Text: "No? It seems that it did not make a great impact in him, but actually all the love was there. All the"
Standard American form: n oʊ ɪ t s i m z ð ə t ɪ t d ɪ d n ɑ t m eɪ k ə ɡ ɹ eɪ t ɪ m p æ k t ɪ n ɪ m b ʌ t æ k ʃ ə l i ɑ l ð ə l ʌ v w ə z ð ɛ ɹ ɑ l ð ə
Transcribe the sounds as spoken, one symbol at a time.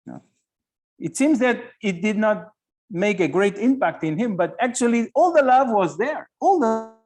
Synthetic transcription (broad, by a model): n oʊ ɪ t s i m z ð ə t ɪ t d ɪ d n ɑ t m eɪ k ə ɡ ɹ eɪ t ɪ m p æ k t ɪ n ɪ m b ʌ t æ k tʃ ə l i ɑ l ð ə l ʌ v w ə z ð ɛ ɹ ɑ l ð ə